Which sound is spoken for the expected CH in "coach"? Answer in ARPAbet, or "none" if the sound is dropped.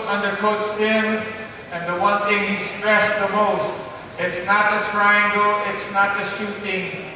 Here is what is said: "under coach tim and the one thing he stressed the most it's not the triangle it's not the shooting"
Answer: S